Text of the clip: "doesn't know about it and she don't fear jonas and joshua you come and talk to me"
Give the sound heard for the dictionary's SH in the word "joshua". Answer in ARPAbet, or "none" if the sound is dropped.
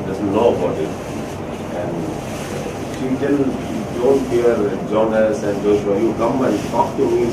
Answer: S